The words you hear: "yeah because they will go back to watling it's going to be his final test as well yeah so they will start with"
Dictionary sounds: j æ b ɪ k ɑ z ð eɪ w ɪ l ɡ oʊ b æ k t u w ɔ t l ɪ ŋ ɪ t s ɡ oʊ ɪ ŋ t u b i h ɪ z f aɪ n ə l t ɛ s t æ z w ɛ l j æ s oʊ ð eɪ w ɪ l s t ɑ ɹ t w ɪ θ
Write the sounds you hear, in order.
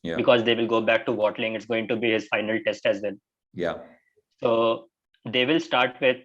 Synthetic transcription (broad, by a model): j b ɪ k ɑ z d eɪ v ɪ l ɡ oʊ b æ k t u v ɔ t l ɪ ŋ ɪ t s ɡ oʊ ɪ ŋ t u b i h ɪ z f aɪ n ə l t ɛ s t æ z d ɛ n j s oʊ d eɪ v ɪ l s t ɑ ɹ t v ɪ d